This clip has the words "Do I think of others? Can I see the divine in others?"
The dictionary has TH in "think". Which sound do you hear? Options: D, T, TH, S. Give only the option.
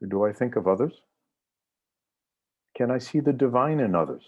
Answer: TH